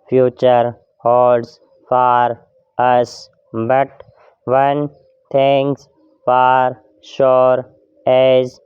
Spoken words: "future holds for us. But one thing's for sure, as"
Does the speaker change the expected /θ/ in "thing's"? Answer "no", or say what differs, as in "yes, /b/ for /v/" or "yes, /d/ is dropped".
yes, /t/ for /θ/